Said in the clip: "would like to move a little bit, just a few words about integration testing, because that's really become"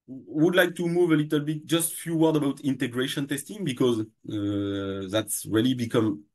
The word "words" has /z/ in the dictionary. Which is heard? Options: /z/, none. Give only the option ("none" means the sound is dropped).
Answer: none